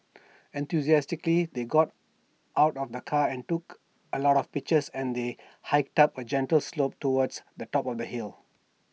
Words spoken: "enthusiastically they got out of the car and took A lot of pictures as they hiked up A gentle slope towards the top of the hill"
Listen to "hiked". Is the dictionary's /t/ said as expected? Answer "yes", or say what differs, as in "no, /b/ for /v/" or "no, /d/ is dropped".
yes